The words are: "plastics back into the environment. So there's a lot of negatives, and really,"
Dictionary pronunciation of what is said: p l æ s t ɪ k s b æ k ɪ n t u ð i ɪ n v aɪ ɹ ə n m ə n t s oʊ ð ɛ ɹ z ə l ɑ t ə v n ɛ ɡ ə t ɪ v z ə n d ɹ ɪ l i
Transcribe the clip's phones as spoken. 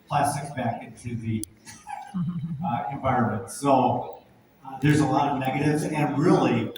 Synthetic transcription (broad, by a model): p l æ s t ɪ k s b æ k ɪ n t u ð i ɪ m v aɪ ɹ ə n m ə n t s oʊ ð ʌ ɹ z ə l ɑ t ə v n ɛ ɡ ə t ɪ v z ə n ɹ ɪ l i